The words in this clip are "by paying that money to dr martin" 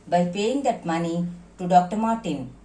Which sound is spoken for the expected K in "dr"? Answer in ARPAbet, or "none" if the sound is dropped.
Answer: K